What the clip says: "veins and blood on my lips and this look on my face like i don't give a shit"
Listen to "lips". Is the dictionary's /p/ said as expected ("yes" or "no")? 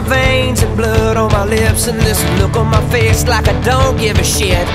yes